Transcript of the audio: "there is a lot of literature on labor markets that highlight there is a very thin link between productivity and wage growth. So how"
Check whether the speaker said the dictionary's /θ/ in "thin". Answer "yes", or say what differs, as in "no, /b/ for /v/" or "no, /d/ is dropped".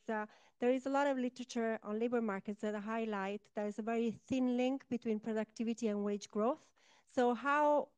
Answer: yes